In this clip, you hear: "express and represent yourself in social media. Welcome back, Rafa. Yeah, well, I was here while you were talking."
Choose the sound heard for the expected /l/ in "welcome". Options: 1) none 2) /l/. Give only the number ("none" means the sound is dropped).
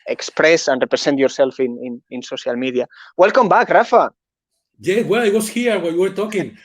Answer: 2